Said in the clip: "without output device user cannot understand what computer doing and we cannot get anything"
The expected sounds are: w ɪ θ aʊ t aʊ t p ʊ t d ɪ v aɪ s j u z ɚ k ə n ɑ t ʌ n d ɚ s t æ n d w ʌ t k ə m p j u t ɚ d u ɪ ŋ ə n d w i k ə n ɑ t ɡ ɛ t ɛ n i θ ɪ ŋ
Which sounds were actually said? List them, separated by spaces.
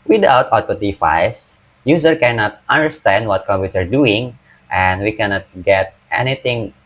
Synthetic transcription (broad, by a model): w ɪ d aʊ t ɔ t ɔ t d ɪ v aɪ s j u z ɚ k ə n ɑ t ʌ n d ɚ s t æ n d w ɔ t k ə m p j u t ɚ d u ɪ ŋ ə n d w i k ə n ɑ t ɡ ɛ t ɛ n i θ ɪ ŋ